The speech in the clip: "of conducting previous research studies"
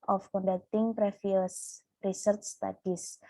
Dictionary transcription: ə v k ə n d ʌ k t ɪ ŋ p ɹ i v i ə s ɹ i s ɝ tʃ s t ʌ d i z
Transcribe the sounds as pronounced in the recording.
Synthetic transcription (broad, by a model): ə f k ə n d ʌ k t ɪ ŋ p ɹ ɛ f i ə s ɹ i s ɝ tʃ s t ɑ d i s